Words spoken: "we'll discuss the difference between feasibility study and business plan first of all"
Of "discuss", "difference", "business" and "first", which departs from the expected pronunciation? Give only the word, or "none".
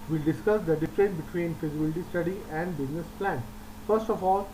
difference